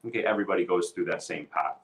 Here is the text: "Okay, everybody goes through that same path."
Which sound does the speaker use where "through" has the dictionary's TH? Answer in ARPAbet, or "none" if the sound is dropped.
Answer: TH